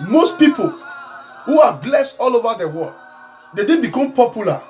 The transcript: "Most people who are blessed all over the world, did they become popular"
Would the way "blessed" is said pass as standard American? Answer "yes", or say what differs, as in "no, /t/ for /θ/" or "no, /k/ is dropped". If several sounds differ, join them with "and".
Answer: yes